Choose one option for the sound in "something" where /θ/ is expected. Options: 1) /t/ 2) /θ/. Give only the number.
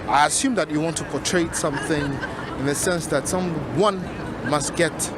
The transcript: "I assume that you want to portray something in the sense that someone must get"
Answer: 2